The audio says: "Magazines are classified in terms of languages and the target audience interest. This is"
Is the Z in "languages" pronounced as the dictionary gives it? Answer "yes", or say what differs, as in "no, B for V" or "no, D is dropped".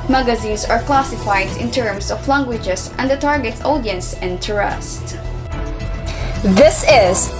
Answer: no, S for Z